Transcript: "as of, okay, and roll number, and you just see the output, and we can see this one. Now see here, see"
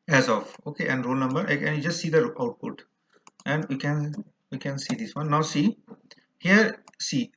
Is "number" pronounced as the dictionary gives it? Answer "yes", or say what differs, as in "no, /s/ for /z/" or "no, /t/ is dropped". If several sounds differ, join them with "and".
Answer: yes